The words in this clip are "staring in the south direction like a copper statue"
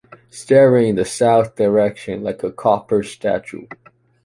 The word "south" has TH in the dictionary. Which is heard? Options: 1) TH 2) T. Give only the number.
1